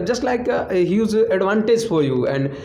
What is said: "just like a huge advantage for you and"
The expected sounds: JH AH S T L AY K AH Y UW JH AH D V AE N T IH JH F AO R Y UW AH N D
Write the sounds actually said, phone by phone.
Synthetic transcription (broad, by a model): JH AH S T L AY K AH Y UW Z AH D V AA N T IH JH F AO R Y UW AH N D